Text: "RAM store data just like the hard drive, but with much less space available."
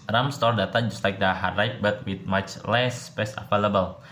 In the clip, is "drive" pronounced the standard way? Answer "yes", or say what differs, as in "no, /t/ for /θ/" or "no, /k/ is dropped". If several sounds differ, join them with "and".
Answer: no, /p/ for /v/